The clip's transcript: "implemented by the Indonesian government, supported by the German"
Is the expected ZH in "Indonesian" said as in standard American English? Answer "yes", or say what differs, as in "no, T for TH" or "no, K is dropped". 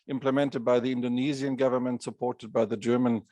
no, Z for ZH